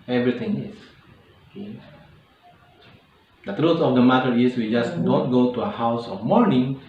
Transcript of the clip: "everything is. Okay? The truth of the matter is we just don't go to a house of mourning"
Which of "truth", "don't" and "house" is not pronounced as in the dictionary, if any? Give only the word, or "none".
truth